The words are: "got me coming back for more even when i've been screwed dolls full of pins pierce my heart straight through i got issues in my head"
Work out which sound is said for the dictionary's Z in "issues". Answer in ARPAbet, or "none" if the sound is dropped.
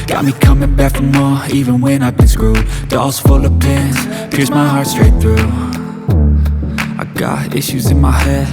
Z